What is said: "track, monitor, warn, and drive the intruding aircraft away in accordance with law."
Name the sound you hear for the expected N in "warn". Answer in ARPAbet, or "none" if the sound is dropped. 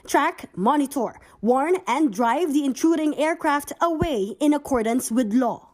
N